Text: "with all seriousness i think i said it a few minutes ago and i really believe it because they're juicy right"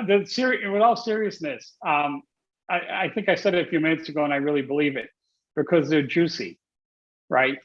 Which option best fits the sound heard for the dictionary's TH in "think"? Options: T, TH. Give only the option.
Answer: TH